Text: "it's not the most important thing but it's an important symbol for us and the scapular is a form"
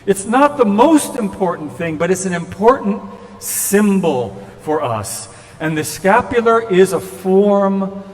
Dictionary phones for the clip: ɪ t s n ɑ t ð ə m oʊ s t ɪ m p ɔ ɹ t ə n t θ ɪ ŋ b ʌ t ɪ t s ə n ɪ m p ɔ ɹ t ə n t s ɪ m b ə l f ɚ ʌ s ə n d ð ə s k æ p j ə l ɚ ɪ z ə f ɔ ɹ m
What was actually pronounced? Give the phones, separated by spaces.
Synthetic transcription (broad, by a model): ɪ t s n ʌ t ð ə m oʊ s t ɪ m p ɔ ɹ t n θ ɪ ŋ b ʌ t ɪ t s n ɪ m p ɔ ɹ t n t s ɪ m b l f ɚ ʌ s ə n ð ə s k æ p j l ɚ ɪ z ə f ɔ ɹ m